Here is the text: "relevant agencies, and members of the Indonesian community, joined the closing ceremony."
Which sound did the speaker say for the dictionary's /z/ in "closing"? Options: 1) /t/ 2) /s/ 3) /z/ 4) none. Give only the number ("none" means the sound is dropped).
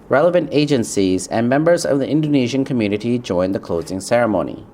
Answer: 3